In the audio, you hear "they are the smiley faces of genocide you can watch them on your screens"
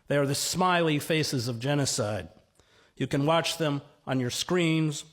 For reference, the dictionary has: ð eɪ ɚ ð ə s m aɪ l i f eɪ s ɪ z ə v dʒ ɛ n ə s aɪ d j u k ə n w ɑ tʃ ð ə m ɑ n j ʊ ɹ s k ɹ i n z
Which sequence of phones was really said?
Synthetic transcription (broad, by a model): ð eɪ ɚ ð ə s m aɪ l i f eɪ s ɪ z ə v dʒ ɛ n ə s aɪ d j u k ə n w ɑ tʃ ð ə m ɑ n j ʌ ɹ s k ɹ i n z